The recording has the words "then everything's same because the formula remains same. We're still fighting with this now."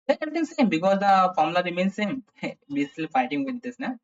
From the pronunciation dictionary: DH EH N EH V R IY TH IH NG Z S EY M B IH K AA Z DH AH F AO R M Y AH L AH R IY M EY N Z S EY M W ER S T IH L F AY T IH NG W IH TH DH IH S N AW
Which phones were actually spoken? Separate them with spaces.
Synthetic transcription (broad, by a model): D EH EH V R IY T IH NG S EY M B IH K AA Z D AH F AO R M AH L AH R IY M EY N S S EY M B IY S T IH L F AY T IH NG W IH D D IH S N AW